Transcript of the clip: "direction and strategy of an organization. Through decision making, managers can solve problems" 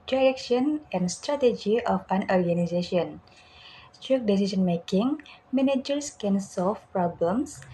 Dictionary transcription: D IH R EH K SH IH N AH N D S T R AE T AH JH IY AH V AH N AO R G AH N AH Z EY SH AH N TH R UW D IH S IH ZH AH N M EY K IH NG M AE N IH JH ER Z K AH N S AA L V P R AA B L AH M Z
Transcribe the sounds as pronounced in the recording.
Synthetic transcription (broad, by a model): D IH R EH K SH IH N AH N D S T R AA T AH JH IY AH F AH N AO R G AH N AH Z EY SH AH N S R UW D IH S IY S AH N M EY K IH NG M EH N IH JH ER S K AH N S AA L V P R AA B L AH M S